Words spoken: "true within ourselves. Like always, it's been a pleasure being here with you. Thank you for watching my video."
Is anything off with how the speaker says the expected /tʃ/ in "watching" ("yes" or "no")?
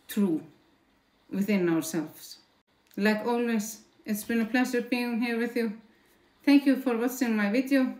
yes